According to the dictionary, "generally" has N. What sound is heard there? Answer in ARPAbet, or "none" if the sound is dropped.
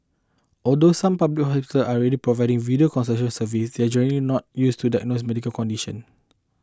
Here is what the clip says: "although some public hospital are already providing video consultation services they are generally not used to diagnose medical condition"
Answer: none